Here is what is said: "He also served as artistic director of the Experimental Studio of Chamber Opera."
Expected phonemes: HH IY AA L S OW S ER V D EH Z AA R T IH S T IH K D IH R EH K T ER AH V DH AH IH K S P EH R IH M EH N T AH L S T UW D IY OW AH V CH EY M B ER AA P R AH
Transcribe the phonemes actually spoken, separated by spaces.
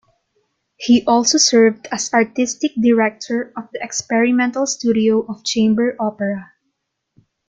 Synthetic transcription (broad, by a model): HH IY AA L S OW S ER V D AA S AA R T IH S T IH K D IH R EH K T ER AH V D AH IH K S P EH R IH M EH N T AH L S T UW D IY OW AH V CH EY M B ER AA P R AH